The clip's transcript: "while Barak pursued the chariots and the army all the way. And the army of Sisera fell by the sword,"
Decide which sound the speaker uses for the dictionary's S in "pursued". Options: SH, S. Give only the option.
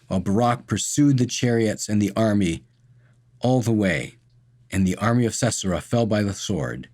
S